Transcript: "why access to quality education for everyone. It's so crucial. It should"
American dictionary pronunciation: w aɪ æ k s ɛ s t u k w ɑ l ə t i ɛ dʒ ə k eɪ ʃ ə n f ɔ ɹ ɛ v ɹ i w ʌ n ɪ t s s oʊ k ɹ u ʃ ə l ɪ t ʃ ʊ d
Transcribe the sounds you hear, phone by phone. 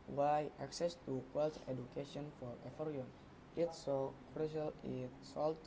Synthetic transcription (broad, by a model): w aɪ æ k s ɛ s t u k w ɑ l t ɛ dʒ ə k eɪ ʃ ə n f ɔ ɹ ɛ f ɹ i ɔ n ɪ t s s oʊ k ɹ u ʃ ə l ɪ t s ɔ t